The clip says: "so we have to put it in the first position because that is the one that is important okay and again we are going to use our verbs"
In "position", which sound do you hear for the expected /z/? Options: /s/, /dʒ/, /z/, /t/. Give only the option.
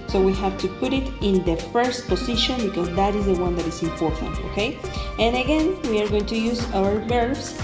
/s/